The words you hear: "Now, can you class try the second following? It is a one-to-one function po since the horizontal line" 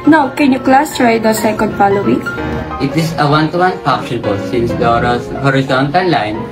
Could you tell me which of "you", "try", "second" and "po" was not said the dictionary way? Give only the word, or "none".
po